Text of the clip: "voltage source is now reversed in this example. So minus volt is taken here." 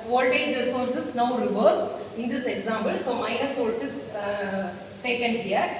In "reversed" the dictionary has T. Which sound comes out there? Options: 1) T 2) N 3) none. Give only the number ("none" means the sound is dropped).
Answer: 3